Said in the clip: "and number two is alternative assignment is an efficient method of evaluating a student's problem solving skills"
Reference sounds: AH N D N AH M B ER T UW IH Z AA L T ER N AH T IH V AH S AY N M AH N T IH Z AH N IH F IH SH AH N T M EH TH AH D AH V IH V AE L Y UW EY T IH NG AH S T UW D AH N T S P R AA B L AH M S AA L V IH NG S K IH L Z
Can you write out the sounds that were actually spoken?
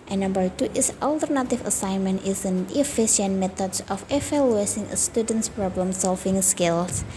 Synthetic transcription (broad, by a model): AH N N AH M B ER T UW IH S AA L T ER N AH T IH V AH S AY N M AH N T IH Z AH N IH F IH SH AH N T M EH T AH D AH F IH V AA L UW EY S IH NG AH S T UW D AH N T S P R AA B L AH M S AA L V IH NG S K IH L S